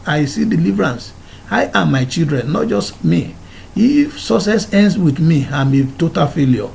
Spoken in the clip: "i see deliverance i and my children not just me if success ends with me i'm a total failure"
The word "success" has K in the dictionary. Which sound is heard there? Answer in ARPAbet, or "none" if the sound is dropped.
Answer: none